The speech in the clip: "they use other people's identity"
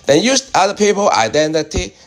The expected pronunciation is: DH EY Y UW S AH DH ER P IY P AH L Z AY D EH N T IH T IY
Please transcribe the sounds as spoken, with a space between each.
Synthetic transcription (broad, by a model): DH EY Y UW S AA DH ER P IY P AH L AY D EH N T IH T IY